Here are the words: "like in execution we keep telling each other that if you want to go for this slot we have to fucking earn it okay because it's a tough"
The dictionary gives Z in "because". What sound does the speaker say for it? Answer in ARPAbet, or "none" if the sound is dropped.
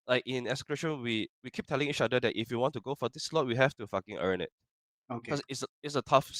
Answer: none